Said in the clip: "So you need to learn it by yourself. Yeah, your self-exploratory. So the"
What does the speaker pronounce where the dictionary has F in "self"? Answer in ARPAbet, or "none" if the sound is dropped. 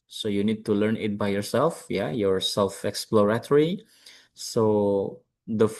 F